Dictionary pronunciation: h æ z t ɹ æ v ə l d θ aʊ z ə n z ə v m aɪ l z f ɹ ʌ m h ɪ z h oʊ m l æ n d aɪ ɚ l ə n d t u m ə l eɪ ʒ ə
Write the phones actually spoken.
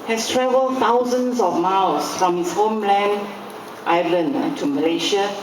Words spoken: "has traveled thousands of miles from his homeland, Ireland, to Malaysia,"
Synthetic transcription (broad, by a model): h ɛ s t ɹ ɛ v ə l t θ aʊ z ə n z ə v m aɪ l s f ɹ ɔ m h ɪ s h oʊ m l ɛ n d aɪ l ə n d t u m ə l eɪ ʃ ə